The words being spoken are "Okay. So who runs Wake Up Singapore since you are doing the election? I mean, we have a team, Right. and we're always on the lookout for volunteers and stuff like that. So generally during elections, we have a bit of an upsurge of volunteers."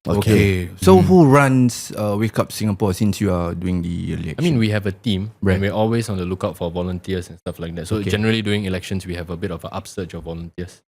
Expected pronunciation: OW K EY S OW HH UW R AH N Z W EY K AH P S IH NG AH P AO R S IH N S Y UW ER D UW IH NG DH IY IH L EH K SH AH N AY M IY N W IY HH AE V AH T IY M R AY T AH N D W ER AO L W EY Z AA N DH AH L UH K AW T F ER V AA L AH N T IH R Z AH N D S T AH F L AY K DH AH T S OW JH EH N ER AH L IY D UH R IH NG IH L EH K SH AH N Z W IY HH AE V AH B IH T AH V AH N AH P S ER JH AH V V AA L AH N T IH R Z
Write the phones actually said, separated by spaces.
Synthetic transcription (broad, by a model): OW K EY S OW HH UW R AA N S W EY K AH P S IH NG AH P AO S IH N S Y UW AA D UW IH NG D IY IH L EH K AH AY M IY N W IY HH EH V AH T IY M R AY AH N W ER AO L W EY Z AA N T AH L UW K AW T F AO V AA L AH N T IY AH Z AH N S T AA F L AY K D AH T S OW JH EH N ER AH L IY D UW IH NG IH L EH K SH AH N S W IY HH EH V AH B IH T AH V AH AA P S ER CH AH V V AA L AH N T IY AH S